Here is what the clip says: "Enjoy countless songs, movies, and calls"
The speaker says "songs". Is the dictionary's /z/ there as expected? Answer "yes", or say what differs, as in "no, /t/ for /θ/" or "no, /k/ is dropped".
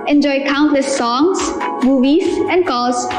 no, /s/ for /z/